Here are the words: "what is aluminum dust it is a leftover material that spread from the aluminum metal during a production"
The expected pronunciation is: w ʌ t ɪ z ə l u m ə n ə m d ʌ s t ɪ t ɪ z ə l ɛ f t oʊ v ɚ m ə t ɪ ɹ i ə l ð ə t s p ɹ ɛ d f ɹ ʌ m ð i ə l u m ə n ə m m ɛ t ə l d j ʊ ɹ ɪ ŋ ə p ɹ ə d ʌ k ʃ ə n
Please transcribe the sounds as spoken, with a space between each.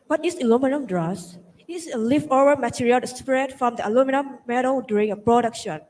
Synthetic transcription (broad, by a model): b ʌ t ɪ s ə l u m ə n ə m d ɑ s ɪ t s ə l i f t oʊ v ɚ m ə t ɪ ɹ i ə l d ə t s p ɹ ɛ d f ɹ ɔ m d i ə l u m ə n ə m m ɛ t ə l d j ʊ ɹ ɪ ŋ ə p ɹ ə d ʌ k ʃ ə n